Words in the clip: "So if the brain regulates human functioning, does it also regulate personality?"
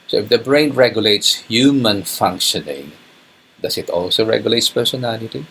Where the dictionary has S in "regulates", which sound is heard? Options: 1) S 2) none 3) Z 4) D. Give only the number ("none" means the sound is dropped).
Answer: 1